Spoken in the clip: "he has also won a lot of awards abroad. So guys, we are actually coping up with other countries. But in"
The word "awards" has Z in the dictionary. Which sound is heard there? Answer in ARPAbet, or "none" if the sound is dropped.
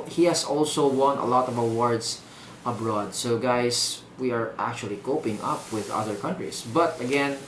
S